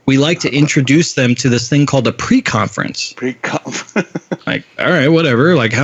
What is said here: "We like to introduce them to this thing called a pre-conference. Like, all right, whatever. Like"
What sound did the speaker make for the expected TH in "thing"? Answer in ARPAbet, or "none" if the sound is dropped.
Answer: TH